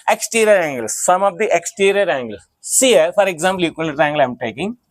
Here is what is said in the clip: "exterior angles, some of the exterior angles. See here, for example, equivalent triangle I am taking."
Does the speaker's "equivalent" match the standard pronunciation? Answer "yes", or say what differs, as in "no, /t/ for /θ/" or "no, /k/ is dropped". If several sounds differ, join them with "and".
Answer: no, /v/ is dropped